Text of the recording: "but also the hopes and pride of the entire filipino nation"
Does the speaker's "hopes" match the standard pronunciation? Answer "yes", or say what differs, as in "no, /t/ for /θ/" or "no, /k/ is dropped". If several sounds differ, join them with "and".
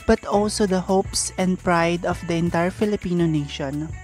yes